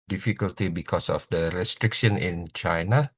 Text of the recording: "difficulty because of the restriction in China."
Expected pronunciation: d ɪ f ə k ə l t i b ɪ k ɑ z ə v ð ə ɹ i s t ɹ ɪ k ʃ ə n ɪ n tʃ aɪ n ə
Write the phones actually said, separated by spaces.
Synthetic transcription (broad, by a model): d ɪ f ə k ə l t i b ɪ k ɑ s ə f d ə ɹ i s t ɹ ɪ k ʃ ə n ɪ n tʃ aɪ n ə